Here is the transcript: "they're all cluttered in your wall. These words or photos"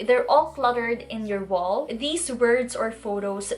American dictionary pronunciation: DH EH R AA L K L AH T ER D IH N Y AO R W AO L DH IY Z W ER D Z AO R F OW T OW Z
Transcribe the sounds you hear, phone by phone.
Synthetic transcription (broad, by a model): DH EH R AA L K L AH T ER D IH N Y AO R W AO L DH IY S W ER D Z AO R F OW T OW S